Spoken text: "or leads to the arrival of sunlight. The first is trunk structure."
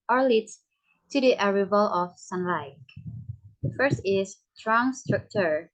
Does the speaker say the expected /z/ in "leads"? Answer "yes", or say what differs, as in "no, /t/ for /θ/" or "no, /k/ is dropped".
no, /z/ is dropped